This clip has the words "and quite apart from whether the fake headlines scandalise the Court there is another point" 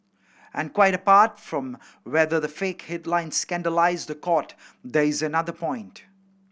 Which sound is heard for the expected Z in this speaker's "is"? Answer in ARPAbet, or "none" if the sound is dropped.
Z